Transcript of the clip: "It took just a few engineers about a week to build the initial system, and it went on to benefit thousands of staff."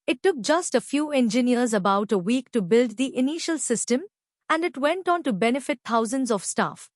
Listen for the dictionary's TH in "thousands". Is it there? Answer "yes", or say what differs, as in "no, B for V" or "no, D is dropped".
no, T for TH